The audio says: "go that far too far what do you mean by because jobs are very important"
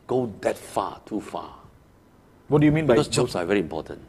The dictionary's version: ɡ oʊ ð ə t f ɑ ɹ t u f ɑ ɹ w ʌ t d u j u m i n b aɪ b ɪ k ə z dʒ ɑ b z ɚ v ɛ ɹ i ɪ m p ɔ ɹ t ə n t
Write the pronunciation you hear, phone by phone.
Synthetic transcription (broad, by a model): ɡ oʊ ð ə t f ɑ t u f ɑ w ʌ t d u j u m i n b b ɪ ə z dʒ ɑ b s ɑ v ɛ ɹ i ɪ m p ɔ t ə n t